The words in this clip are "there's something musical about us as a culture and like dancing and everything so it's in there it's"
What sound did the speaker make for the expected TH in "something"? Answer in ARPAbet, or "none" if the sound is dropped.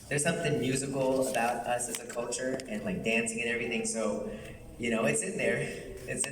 TH